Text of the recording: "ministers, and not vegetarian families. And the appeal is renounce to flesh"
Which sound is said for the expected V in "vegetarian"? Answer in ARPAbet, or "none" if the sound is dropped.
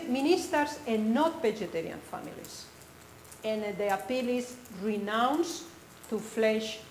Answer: B